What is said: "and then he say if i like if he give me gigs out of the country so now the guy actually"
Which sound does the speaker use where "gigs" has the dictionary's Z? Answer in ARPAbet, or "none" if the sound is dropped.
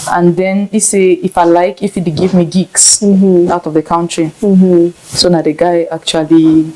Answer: S